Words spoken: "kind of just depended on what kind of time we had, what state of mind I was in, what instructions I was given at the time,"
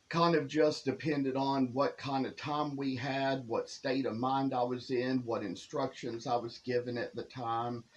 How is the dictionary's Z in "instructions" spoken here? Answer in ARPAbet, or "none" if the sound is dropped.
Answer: Z